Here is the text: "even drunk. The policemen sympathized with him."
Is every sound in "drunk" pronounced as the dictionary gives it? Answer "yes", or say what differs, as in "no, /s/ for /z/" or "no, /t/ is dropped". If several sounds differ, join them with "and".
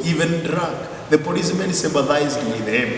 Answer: no, /ŋ/ is dropped